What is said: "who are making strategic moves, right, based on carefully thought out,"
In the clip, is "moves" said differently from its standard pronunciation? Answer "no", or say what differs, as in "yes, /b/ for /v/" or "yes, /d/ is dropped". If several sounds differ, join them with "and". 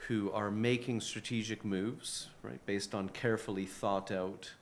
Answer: no